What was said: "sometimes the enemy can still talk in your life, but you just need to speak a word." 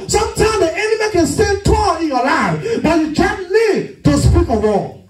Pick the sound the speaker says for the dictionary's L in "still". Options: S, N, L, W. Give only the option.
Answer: N